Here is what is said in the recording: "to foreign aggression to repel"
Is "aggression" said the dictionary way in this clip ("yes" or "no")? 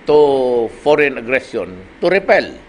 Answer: no